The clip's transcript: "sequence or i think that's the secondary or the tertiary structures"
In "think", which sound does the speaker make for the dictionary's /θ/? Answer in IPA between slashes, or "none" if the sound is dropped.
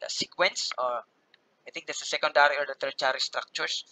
/t/